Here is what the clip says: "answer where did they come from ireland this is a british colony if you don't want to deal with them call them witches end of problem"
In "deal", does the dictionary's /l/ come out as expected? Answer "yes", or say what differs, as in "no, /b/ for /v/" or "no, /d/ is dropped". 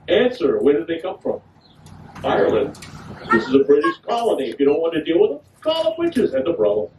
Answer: yes